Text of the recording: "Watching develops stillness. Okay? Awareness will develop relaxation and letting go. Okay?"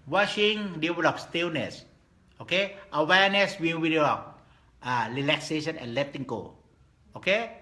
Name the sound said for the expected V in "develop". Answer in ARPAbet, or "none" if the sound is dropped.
none